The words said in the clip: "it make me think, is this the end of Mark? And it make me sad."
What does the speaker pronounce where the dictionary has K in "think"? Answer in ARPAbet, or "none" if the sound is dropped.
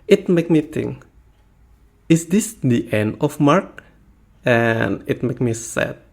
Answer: none